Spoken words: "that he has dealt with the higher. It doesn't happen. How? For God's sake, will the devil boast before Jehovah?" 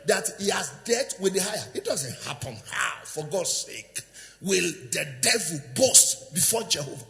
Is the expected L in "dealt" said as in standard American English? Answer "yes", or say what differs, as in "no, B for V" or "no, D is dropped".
no, L is dropped